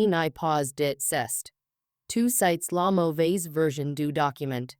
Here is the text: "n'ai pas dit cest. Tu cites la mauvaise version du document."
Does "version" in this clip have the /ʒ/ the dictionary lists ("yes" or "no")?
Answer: yes